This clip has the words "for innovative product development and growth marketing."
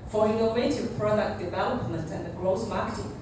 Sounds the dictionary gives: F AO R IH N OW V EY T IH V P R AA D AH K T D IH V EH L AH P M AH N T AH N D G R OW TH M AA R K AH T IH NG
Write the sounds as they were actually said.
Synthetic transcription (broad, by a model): F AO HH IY OW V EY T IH P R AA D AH K D IH V EH L AH P M AH N T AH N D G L OW S M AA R K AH T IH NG